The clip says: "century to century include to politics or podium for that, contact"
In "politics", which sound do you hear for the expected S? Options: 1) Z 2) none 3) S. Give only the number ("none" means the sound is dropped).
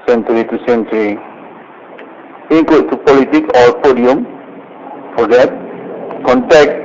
2